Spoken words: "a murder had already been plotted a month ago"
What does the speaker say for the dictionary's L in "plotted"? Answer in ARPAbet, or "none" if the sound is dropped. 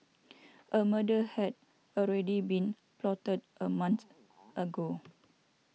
L